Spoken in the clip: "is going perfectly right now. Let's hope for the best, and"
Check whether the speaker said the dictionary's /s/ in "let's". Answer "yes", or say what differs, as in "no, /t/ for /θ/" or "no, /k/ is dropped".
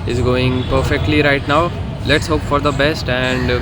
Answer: yes